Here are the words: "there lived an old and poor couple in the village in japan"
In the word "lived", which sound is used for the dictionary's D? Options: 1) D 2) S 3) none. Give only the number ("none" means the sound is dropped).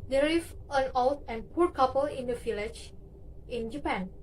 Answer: 3